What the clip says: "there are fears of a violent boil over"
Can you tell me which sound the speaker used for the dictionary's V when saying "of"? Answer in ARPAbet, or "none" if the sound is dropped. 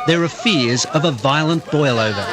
V